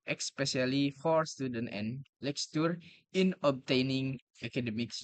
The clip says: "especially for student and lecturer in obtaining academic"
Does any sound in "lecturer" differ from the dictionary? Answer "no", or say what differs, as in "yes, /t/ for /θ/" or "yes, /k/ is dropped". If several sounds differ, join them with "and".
yes, /s/ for /tʃ/